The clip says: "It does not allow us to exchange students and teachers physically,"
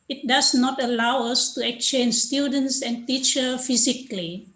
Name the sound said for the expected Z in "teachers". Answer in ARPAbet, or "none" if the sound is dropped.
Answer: none